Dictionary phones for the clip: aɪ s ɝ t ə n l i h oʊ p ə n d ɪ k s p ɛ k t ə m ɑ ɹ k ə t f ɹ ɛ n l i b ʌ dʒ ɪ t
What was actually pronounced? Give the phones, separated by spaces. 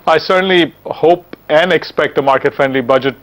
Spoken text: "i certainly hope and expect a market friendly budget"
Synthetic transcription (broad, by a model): aɪ s ɝ t ə n l i h oʊ p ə n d ɪ k s p ɛ k t ə m ɑ ɹ k ə t f ɛ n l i b ʌ dʒ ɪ t